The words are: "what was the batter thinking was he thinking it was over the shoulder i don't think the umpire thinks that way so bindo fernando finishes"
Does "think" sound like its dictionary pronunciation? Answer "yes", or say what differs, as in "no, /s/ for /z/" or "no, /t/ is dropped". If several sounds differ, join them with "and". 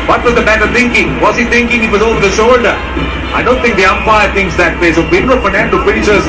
no, /t/ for /θ/